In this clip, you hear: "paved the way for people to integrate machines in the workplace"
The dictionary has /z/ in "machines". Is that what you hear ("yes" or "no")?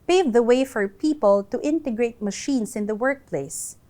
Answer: no